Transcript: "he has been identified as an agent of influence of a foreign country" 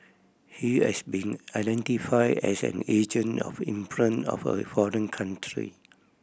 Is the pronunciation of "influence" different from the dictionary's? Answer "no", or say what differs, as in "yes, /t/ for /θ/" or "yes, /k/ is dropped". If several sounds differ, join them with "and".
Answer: yes, /s/ is dropped